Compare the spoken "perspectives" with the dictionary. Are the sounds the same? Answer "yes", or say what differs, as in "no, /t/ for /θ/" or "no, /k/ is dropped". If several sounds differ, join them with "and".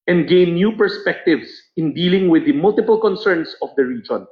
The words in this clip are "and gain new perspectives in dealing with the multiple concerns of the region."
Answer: no, /s/ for /z/